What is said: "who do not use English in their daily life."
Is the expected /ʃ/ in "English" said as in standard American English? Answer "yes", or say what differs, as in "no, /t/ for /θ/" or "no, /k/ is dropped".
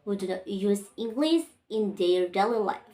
no, /s/ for /ʃ/